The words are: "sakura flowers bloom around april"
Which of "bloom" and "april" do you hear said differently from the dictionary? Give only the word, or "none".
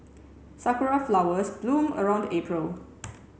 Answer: none